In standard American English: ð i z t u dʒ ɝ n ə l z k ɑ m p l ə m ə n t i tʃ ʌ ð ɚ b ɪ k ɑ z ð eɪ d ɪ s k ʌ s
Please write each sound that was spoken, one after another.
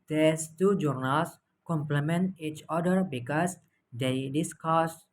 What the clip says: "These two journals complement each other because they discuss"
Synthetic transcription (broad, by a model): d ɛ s t u dʒ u n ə l s k ɑ m p l ə m ə n t i tʃ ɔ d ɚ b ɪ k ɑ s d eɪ d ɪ s k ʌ s